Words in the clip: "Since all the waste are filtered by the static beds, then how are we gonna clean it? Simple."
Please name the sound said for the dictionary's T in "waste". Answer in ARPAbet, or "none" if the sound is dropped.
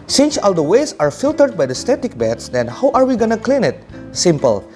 none